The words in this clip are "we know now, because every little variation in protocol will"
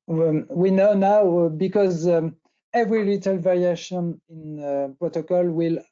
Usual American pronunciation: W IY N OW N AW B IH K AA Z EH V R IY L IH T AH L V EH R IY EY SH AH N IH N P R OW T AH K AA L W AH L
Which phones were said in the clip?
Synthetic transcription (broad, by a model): W IY N OW N AW B IH K AA Z EH V R IY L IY T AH L V EH R IY EY SH AH N IH N P R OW T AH K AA L W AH L